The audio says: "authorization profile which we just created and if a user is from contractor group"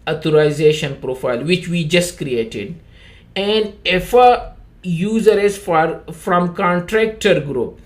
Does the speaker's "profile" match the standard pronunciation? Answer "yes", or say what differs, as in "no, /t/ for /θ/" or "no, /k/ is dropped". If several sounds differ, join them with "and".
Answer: yes